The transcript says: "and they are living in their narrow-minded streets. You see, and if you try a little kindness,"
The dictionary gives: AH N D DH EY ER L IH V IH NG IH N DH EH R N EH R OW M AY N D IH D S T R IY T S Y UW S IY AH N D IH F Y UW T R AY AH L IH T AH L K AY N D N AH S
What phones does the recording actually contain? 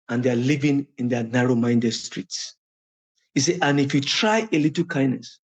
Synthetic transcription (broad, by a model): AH N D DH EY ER L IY V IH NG IH N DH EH N EH R OW M AY N D IH D S T R IY T S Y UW S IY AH N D IH F Y UW T R AY AH L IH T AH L K AY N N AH S